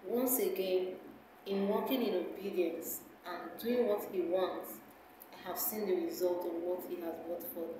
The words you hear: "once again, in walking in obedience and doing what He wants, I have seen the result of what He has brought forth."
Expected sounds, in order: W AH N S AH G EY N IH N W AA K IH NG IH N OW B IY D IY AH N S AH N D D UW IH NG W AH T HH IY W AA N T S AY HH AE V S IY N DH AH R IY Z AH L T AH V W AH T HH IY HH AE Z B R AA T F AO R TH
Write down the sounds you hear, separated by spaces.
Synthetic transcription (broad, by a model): W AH N S AH G EY N IH N W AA K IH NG IH N OW B IY D IY AH N S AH N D D UW IH NG W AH T HH IY W AA N T S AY HH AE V S IY N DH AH R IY Z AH L T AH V W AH T HH IY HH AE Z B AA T F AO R